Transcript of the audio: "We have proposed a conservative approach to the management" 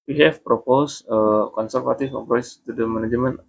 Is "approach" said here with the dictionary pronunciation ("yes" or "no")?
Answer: no